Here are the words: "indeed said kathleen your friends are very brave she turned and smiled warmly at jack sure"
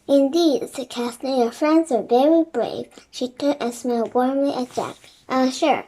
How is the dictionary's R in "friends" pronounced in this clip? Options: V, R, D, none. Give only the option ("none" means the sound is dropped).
R